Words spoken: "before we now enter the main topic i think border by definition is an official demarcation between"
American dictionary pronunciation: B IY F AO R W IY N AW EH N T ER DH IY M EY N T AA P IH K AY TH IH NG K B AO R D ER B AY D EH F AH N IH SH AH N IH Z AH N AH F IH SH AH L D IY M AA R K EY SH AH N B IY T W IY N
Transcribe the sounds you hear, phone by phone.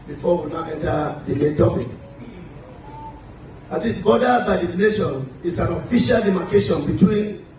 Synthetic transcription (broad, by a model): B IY F AO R W IY N AW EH N T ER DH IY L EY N T AA P IH K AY T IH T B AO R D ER B AY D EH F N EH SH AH N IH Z AH N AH F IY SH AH L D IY M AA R K EY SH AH N B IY T W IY N